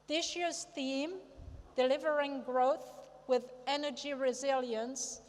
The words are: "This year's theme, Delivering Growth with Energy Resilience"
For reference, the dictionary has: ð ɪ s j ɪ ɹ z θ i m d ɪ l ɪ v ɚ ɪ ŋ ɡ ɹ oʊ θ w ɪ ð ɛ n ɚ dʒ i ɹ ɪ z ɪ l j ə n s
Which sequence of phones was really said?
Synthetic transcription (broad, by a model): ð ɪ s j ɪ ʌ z θ i m d ɪ l ɪ v ɚ ɪ ŋ ɡ ɹ oʊ θ w ɪ ð ɛ n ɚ dʒ i ɹ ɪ z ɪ l j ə n s